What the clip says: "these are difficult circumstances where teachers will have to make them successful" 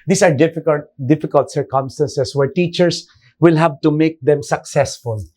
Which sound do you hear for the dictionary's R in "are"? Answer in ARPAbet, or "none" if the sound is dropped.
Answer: L